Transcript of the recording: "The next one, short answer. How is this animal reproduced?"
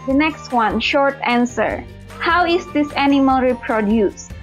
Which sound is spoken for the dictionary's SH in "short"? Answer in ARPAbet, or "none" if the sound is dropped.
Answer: SH